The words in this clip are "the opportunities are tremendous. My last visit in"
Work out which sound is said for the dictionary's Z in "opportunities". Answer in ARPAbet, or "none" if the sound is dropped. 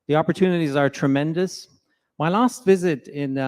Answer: Z